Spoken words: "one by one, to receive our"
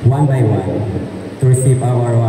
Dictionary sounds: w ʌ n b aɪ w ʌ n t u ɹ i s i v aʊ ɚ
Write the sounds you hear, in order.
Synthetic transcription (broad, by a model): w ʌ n b aɪ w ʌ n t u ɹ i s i p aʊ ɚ